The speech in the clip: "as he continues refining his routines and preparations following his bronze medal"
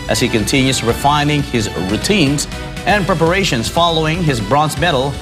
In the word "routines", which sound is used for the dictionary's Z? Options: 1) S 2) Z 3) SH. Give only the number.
2